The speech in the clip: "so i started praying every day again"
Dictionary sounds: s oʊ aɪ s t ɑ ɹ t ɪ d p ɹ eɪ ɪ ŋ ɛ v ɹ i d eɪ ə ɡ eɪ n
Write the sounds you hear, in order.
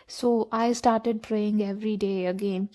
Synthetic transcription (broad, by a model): s oʊ aɪ s t ɑ ɹ t ɪ d p ɹ eɪ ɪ ŋ ɛ v ɹ i d eɪ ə ɡ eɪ n